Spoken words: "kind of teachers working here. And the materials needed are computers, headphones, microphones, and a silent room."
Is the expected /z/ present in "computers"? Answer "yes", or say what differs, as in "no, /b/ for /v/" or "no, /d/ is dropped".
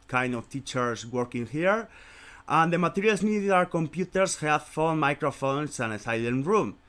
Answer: no, /s/ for /z/